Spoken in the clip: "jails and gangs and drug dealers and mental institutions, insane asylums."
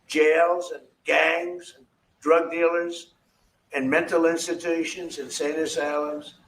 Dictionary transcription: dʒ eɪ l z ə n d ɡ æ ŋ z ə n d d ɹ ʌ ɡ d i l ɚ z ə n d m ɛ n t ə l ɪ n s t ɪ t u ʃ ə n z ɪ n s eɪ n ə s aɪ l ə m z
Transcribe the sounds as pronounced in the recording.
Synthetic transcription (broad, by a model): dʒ eɪ l z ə n ɡ æ ŋ z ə n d d ɹ ʌ ɡ d i l ɚ z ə n m ɛ n t l ɪ n s t ɪ t u ʃ ə n z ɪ n s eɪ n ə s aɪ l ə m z